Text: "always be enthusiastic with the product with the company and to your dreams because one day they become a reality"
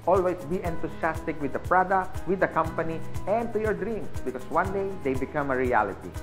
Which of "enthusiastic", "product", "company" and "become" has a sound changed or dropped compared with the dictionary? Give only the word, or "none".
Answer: enthusiastic